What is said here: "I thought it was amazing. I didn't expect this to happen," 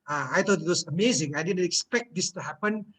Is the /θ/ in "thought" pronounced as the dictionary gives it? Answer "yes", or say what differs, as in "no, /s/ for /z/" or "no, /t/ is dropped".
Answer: no, /t/ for /θ/